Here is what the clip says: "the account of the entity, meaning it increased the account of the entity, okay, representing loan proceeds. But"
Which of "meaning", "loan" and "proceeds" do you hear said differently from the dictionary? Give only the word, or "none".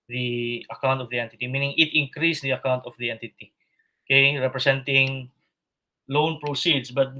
proceeds